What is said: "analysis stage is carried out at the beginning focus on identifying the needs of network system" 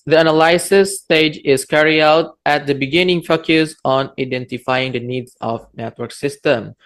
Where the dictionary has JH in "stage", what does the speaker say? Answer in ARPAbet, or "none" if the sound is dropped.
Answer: JH